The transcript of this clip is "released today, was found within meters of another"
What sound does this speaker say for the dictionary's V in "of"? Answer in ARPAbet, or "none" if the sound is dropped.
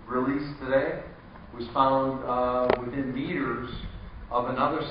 V